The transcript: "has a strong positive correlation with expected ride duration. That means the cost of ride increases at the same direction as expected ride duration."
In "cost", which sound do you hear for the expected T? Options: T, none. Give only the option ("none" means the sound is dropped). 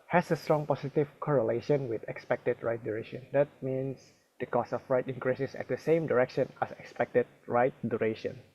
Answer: none